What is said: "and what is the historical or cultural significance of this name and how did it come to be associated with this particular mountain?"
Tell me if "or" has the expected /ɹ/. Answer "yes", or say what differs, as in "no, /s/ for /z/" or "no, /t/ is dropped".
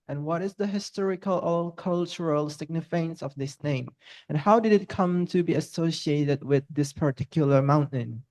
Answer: no, /l/ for /ɹ/